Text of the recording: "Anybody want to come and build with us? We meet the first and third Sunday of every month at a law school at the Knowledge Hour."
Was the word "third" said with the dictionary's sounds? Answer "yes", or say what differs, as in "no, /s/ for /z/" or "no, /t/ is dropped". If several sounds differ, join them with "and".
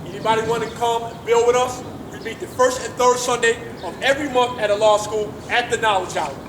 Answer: yes